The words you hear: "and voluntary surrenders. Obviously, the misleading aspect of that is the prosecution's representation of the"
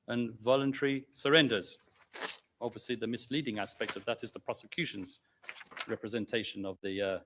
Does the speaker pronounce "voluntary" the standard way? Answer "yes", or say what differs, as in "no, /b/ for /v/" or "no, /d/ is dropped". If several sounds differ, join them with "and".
yes